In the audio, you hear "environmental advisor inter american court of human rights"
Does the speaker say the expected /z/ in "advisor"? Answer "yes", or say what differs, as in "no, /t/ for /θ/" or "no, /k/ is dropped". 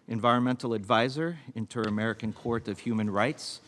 yes